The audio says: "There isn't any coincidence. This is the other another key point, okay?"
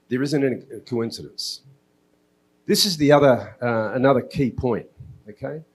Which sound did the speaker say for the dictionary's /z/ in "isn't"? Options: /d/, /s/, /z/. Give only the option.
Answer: /z/